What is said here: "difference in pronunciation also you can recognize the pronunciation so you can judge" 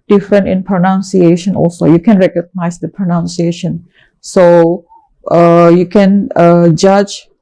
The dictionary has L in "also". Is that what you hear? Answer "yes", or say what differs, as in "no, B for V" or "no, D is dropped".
yes